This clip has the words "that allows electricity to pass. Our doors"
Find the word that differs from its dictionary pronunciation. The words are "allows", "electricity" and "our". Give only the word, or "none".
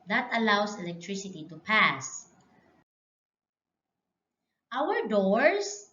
allows